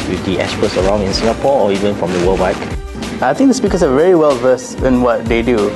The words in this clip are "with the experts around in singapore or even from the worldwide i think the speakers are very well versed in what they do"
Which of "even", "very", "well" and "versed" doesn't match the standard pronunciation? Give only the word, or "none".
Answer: versed